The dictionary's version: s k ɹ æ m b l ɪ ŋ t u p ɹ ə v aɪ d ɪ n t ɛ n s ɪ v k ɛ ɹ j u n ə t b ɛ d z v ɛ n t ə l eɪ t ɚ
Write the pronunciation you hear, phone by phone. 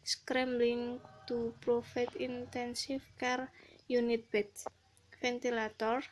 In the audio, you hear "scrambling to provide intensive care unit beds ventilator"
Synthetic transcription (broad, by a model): s k ɹ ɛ m b l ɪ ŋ t u p ɹ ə f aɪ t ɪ n t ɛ n s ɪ f k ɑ ɹ j u n ə t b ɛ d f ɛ n t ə l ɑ t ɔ